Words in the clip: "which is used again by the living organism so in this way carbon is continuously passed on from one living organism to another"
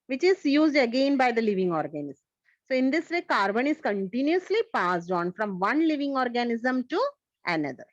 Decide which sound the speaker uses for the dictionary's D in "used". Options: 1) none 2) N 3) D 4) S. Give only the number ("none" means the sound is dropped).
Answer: 3